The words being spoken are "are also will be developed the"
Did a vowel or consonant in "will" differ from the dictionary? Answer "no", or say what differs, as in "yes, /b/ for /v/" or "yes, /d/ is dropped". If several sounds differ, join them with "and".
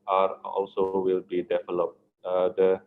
no